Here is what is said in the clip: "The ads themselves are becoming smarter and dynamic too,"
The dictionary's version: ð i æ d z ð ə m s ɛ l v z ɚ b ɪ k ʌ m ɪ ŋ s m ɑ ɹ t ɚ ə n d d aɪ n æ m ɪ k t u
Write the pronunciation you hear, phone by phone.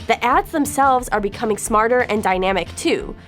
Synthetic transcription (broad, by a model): ð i æ d z ð ə m s ɛ l v z ɚ b ɪ k ʌ m ɪ ŋ s m ɑ ɹ t ɚ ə n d d aɪ n æ m ɪ k t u